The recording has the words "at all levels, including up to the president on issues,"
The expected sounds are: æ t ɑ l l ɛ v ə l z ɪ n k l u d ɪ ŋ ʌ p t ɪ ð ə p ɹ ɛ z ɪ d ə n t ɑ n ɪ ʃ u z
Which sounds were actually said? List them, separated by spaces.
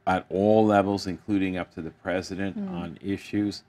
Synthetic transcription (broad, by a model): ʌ t ɑ l l ɛ v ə l z ɪ n k l u d ɪ ŋ ʌ p t ɪ ð ə p ɹ ɛ z ɪ d ə n t n ɪ ʃ u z